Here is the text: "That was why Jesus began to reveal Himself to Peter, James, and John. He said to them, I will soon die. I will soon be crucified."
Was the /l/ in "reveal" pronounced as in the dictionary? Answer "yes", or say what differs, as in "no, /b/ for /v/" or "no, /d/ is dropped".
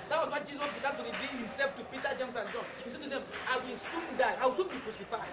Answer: no, /n/ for /l/